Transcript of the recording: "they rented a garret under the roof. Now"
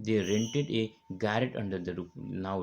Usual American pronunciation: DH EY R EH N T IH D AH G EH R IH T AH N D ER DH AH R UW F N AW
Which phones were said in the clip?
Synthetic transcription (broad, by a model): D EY R EH N T IH D AH G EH R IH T AH N D ER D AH R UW P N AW